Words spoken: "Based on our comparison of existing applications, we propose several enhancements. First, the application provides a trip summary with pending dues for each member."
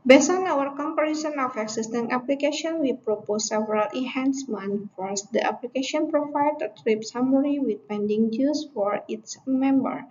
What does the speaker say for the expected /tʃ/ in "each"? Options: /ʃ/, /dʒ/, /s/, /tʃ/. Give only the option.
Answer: /s/